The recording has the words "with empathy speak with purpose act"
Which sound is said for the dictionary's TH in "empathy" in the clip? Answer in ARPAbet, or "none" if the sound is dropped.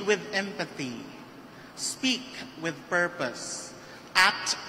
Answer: TH